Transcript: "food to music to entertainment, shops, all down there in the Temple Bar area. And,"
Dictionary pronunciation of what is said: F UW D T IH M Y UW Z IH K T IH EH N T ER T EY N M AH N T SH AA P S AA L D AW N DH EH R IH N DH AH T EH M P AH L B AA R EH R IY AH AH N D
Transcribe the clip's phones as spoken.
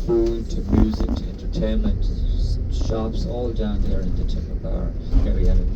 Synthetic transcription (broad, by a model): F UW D T IH M Y UW Z IH K T IH EH N T ER T EY N M AH N T SH AA P S AA L D AW N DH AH R IH N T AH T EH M AH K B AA R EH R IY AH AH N